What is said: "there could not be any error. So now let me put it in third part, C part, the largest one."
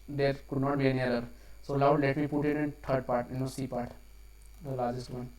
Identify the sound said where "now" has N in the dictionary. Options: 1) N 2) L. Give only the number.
2